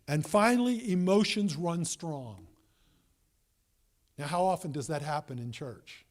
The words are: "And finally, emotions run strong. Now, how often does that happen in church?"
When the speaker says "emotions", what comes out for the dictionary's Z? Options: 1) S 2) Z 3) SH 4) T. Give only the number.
2